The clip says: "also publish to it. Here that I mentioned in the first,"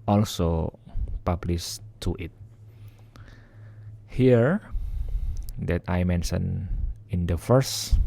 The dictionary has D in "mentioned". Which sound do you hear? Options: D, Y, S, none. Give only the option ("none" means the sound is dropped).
none